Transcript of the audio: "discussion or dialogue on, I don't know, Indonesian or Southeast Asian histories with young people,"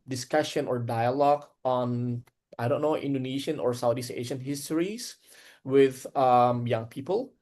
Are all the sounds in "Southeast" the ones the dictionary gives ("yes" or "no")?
no